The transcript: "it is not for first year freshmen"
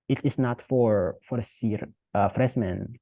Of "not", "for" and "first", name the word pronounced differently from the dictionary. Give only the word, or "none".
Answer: first